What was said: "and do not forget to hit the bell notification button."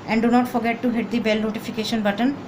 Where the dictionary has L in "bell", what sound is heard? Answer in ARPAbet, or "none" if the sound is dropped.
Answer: L